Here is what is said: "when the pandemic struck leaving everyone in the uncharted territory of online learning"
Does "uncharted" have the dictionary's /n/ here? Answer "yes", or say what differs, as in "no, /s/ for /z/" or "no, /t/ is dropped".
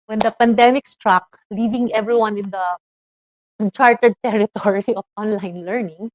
no, /n/ is dropped